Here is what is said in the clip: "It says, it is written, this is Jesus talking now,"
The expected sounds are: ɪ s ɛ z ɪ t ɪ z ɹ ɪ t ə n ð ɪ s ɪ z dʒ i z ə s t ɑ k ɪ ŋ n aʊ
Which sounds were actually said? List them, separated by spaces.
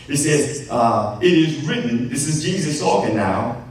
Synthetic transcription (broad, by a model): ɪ s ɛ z ɪ t ɪ z ɹ ɪ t n ð ɪ s ɪ z dʒ i z ə s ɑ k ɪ n aʊ